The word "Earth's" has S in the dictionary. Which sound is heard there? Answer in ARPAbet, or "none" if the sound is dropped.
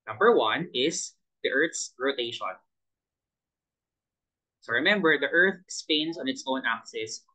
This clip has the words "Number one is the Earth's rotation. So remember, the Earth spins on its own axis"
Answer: S